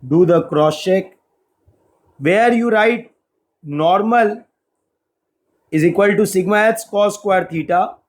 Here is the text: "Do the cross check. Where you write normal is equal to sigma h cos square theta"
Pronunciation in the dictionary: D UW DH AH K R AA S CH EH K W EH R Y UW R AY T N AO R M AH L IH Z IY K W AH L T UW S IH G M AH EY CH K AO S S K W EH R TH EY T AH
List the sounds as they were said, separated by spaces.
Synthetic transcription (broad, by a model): D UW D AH K R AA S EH K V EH R Y UW R AY T N AO R M AH L IH Z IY K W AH L T UW S IH G M AH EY S K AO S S K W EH R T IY T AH